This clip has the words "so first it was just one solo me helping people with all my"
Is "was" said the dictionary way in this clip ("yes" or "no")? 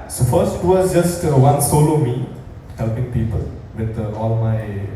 no